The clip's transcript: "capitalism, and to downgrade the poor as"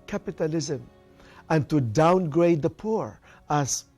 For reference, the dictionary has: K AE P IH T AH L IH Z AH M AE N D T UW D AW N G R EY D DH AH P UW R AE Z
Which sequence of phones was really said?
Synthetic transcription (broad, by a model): K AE P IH T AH L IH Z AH M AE N T UW D AW N G R EY D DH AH P UW R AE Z